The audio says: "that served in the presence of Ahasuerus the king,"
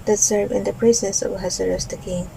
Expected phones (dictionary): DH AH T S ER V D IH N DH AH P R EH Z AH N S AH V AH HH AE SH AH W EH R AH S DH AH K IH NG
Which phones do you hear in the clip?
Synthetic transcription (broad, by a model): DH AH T S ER V IH N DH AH P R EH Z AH N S AH V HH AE S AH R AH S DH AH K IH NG